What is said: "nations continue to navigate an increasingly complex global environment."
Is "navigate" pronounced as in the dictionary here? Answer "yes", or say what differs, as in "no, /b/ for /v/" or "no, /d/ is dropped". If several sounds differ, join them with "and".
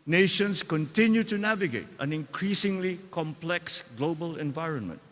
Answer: yes